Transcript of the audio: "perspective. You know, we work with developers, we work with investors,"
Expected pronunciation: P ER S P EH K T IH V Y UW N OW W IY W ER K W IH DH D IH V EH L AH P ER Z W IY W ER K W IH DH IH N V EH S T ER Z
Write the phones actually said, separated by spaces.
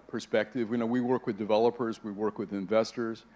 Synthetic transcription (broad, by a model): P ER S P EH K T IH V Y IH N OW W IY W ER K W IH DH D IH V EH L AH P ER Z W IY W ER K W IH DH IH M V EH S T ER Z